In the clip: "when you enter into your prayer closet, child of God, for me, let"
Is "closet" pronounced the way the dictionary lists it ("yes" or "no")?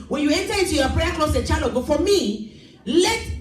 no